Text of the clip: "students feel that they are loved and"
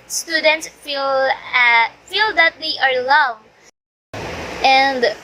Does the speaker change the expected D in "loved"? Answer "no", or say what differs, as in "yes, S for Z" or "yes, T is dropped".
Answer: yes, D is dropped